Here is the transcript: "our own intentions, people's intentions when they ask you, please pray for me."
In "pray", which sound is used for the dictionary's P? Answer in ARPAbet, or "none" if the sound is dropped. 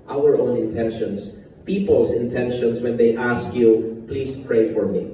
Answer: P